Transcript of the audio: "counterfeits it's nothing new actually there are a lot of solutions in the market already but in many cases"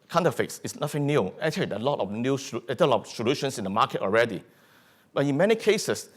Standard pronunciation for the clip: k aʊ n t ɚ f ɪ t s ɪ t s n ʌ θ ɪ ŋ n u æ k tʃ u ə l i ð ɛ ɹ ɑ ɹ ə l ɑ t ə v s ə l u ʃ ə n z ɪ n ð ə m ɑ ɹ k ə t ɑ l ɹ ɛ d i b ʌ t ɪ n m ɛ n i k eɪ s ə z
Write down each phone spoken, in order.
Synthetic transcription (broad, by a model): k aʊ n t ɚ f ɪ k s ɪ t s n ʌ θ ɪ ŋ n u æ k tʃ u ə l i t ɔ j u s ə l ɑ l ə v s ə l u ʃ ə n s ɪ n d ə m ɑ k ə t ɑ l ɹ ɛ d i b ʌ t ɪ n m ɛ n i k eɪ s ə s